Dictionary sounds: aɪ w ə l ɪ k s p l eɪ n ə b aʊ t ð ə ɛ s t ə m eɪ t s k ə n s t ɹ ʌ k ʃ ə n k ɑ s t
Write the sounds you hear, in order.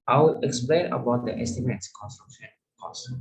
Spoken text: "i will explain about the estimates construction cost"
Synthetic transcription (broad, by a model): aɪ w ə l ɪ k s p l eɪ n ə b aʊ t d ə ɛ s t ə m eɪ t s k ə n s t ɹ ʌ k ʃ ə n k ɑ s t